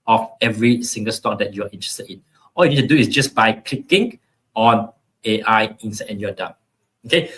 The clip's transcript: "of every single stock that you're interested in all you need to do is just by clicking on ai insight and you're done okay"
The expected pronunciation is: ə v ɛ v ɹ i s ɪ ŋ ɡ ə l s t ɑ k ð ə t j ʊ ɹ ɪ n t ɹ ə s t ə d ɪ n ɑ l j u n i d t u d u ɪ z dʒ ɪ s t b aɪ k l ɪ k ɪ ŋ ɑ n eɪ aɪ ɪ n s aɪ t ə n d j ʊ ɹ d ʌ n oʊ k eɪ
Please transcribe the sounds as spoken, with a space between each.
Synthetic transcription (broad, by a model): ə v ɛ v ɹ i s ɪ ŋ ɡ ə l s t ɑ k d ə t j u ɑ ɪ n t ɹ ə s t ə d ɪ n ɑ l j u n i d t u d u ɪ s dʒ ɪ s b aɪ k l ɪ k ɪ ŋ ɑ n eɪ aɪ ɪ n s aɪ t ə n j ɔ d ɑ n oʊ k eɪ